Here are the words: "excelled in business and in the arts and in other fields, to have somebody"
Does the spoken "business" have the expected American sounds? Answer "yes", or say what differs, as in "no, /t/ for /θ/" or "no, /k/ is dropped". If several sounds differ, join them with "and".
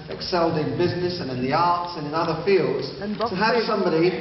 yes